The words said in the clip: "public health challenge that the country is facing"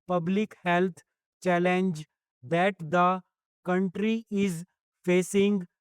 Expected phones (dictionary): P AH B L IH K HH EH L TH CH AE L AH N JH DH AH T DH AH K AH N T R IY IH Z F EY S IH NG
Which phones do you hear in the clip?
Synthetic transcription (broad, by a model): P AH B L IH K HH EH L T CH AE L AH N JH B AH T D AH K AH N T R IY IH Z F EY S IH NG